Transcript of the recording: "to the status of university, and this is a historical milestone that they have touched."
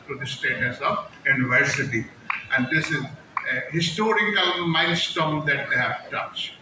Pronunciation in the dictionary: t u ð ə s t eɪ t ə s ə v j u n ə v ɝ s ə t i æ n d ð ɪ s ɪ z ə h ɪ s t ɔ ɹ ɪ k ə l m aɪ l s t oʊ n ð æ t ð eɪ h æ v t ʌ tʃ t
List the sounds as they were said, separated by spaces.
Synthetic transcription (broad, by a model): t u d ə s t eɪ t ə s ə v j u n ə v ɝ s ə t i æ n d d ɪ s ɪ z ə h ɪ s t ɔ ɹ ɪ k ə l m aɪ n s t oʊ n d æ t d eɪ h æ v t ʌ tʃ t